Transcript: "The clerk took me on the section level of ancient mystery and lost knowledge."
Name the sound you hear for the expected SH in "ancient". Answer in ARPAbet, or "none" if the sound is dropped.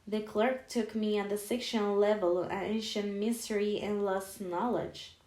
SH